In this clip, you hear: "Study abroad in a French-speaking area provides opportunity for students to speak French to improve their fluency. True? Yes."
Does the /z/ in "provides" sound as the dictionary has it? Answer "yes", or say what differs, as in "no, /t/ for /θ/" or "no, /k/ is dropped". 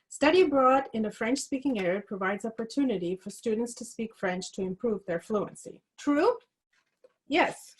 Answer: yes